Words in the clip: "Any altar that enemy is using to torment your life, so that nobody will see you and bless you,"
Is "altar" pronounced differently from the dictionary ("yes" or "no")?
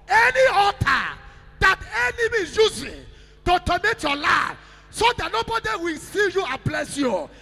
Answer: yes